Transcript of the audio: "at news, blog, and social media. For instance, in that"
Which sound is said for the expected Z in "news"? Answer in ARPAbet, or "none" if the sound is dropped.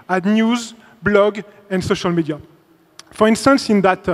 Z